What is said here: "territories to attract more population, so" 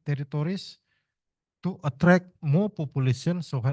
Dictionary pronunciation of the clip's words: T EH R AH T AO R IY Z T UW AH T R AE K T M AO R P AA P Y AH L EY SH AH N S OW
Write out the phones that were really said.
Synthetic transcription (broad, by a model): T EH R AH T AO R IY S T UW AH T R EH K M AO P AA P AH L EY S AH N S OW